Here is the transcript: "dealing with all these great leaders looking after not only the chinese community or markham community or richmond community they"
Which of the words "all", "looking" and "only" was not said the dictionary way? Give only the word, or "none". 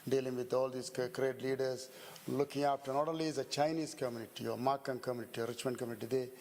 only